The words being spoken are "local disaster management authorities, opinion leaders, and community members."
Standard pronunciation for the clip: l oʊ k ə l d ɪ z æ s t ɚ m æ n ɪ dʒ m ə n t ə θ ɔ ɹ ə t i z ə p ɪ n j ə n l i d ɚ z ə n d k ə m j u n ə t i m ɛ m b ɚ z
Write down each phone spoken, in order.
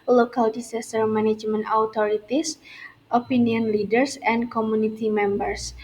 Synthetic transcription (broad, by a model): l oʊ k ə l d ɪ s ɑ s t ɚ m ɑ n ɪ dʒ m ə n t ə t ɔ ɹ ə t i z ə p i n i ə n l i d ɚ s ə n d k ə m u n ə t i m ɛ m b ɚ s